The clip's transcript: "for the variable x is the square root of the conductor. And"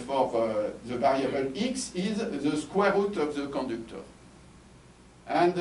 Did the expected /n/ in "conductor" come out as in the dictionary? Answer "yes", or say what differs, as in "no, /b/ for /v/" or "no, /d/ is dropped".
no, /n/ is dropped